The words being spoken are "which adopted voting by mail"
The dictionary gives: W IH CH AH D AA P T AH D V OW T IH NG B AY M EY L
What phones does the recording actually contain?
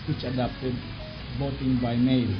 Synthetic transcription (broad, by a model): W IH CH AH D AA P T AH D B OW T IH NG B AY M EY L